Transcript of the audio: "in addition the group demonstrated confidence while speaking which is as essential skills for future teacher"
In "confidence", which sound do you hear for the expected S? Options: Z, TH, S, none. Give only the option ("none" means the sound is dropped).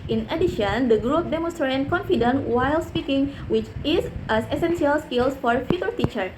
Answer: none